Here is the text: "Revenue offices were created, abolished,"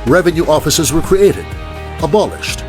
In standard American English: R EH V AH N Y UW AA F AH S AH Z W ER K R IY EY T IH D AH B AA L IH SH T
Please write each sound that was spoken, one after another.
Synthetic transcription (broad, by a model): R EH V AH N Y UW AA F AH S AH Z W ER K R IY EY T IH D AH B AA L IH SH T